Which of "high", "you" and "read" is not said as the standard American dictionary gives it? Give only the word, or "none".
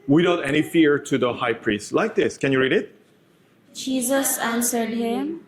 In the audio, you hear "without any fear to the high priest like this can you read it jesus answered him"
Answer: none